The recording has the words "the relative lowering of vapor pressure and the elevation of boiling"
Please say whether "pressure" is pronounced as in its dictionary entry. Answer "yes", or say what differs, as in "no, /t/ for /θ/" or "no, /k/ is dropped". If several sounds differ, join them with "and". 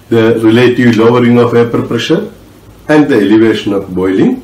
yes